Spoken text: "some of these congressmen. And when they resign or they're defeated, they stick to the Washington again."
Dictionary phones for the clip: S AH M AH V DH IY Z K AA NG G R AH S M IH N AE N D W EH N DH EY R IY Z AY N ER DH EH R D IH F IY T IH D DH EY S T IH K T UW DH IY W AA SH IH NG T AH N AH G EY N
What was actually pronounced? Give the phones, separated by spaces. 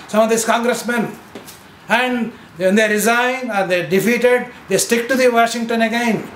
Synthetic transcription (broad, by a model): S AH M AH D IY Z K AA NG G R AH S M IH N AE N D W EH N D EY R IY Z AY IH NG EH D D IH F IY T IH D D EY S T IH K T UW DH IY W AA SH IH NG T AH N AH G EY N